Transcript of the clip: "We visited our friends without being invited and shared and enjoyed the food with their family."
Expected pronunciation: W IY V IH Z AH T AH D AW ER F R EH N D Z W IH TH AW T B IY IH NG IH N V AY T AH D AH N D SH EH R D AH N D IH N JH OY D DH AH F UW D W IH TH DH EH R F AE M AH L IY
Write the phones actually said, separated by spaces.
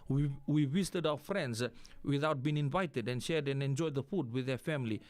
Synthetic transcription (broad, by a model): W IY W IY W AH T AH D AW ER F R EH N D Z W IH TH AW T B IY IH NG IH N V AY T AH D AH N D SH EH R D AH N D IH N JH OY D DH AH F UW D W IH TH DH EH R F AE M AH L IY